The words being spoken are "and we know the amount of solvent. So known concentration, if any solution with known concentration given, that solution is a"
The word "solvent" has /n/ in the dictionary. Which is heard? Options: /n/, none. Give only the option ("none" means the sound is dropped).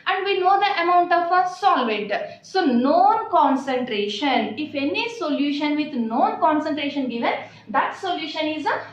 none